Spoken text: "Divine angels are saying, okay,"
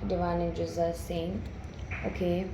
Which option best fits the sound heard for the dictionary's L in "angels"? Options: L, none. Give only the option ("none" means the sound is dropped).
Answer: none